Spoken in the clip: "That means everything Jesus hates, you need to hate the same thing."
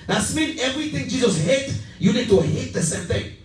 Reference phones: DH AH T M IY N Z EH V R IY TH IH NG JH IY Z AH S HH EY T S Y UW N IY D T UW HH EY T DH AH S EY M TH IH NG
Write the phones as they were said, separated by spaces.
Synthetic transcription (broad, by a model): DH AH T M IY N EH V R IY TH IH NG JH IY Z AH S HH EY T Y UW N IY D T UW HH EY T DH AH S EY M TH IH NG